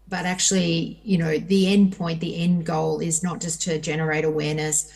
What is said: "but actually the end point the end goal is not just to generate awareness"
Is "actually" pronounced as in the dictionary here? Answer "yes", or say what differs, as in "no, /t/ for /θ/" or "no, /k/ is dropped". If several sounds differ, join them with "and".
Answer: no, /n/ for /l/